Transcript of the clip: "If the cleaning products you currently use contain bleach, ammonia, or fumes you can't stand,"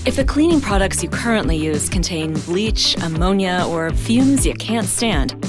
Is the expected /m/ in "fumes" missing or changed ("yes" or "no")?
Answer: no